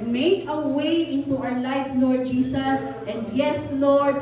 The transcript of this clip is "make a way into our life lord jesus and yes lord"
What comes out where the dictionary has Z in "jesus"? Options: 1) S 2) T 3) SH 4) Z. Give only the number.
1